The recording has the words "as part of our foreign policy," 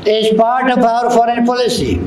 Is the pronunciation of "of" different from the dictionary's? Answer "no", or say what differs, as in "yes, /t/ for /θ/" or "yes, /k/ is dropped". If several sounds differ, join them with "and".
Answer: yes, /p/ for /v/